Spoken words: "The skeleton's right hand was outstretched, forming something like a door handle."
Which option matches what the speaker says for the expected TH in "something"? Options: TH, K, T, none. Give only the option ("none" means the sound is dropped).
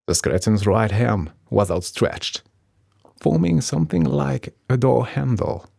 TH